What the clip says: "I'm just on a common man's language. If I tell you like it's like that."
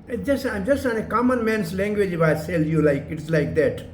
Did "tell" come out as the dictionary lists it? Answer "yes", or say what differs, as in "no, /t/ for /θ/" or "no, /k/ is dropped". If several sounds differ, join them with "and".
no, /s/ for /t/